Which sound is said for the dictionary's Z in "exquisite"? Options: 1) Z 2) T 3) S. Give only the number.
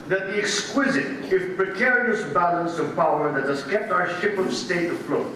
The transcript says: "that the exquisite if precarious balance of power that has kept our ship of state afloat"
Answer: 1